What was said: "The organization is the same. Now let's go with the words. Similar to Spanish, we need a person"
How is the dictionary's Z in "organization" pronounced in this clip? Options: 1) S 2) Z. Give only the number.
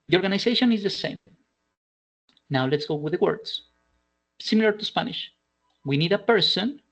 1